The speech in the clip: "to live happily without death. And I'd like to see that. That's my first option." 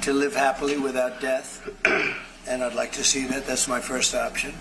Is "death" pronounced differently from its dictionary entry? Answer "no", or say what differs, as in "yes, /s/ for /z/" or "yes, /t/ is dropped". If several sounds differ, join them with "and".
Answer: no